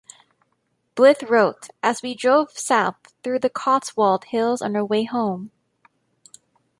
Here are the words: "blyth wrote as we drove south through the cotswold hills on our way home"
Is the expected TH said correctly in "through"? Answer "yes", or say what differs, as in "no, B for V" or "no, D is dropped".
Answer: yes